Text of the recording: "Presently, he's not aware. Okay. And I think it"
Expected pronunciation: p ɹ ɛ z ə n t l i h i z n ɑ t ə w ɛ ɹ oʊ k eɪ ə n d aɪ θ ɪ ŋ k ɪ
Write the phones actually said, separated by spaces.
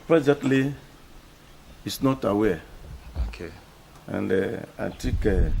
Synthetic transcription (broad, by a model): p ɹ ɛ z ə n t l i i s n ɑ t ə w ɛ oʊ k eɪ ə n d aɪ t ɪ k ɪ